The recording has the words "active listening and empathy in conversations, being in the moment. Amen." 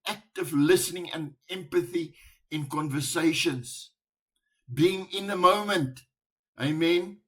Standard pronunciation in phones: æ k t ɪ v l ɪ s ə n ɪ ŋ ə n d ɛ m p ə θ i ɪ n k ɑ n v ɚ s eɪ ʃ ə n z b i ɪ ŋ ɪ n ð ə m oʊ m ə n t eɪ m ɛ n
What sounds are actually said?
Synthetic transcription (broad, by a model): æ k t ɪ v l ɪ s ə n ɪ ŋ ə n d ɛ m p ə θ i ɪ n k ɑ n v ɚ s eɪ ʃ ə n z b i ɪ ŋ ɪ n ð ə m oʊ m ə n t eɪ m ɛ n